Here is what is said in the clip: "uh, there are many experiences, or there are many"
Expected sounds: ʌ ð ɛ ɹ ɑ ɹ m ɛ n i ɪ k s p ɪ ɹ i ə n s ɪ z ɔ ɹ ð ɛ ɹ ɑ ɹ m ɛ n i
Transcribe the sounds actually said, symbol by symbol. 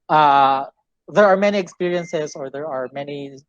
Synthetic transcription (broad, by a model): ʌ ð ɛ ɹ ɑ ɹ m ɛ n i ɪ k s p ɪ ɹ i ə n s ɪ z ɔ ɹ ð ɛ ɹ ɑ ɹ m ɛ n i